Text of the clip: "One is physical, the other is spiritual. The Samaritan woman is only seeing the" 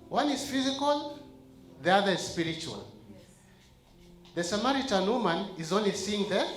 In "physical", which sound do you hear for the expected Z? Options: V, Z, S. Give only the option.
Z